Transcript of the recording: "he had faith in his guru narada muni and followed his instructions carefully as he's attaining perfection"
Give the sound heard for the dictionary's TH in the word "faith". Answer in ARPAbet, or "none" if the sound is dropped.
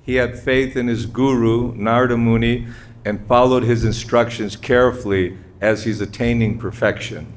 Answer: TH